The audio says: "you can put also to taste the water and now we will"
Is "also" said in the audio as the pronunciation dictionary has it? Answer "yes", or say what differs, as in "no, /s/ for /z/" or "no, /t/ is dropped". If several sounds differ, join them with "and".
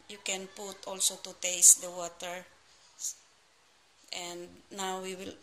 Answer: yes